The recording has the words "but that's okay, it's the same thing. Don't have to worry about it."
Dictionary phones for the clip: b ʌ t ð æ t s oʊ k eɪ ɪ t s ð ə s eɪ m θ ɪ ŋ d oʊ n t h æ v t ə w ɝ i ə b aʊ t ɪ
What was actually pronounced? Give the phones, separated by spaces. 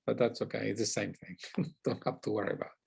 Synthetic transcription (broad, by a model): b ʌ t ð æ t s oʊ k eɪ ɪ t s ð ə s eɪ m θ ɪ ŋ d oʊ n t h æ f t ə w ɝ i ə b aʊ t